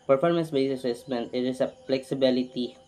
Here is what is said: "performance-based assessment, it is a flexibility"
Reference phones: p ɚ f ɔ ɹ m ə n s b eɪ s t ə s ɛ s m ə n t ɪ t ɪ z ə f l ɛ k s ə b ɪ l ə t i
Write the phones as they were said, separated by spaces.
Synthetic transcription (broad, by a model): p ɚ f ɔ ɹ m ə n s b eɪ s ə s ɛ s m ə n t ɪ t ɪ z ə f l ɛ k s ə b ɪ l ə t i